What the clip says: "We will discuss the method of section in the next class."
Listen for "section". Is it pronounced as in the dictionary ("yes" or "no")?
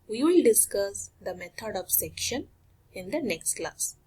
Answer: yes